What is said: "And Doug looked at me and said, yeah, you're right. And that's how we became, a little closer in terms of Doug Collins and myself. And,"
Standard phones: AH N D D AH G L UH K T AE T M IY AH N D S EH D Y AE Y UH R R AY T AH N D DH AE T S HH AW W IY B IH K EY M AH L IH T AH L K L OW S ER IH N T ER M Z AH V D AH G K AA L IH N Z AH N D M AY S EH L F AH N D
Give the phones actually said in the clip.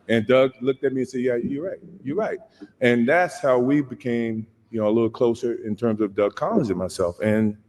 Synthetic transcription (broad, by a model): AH N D D AH G L UH K T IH T M IY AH N S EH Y Y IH Y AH R R AY T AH N DH AE T S HH AW W IY B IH K EY M AH L IH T L K L OW S ER IH N T ER M Z AH V D AH G K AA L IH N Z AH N M AY S EH L F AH N